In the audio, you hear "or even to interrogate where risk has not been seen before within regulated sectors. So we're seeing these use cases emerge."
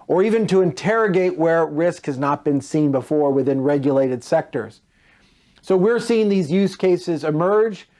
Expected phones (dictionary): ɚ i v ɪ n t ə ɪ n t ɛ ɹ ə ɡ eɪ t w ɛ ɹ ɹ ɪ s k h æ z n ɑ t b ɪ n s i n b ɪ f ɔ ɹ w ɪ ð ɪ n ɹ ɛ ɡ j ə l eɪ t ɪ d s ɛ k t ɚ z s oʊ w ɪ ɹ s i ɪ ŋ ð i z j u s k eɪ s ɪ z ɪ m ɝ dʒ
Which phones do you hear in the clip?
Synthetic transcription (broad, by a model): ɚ i v ɪ n t ə ɪ n t ɛ ɹ ə ɡ eɪ t w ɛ ɹ ɹ ɪ s k h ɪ z n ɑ t b ɪ n s i n b ɪ f ɔ ɹ w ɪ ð ɪ n ɹ ɛ ɡ j ə l eɪ t ɪ d s ɛ k t ɚ z s oʊ w ɪ ɹ s i ɪ ŋ ð i z j u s k eɪ s ɪ z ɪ m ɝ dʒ